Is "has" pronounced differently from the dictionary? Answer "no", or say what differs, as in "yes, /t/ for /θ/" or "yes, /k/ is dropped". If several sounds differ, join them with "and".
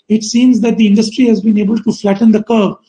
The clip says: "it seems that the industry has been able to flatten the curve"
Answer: no